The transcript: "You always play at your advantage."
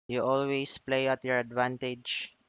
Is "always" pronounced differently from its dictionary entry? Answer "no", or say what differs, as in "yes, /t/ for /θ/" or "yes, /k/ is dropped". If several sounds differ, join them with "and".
yes, /s/ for /z/